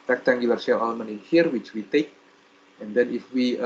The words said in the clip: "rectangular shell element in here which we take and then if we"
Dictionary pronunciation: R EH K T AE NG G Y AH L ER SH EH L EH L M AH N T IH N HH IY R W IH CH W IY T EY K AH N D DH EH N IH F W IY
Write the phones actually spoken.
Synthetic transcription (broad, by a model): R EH K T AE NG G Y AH L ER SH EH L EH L M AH N IH HH IY R W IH CH W IY T EY K AH N D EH N IH F W IY